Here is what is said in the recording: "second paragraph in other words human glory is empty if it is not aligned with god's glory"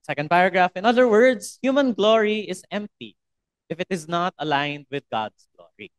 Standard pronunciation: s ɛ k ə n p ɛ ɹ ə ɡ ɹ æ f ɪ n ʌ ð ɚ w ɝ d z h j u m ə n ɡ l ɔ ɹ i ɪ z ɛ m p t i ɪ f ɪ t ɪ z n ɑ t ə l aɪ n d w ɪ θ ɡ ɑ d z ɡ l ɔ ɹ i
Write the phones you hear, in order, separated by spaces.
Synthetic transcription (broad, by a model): s ɛ k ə n p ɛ ɹ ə ɡ ɹ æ f ɪ n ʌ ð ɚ w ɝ d s h j u m ə n ɡ l ɔ ɹ i ɪ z ɛ m p t i ɪ f ɪ t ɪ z n ɑ t ə l aɪ n d w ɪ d ɡ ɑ d s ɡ l ɔ ɹ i